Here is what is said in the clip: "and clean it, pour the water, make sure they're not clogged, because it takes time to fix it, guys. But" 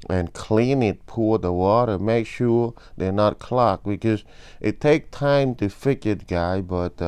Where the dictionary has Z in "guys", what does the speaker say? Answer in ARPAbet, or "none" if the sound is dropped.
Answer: none